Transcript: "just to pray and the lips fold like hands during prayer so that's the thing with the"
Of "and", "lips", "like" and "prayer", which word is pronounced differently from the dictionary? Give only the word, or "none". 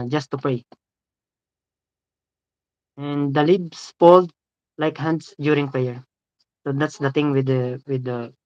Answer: lips